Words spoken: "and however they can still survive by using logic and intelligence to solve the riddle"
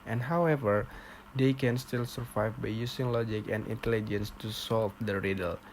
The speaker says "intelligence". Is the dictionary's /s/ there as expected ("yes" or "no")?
yes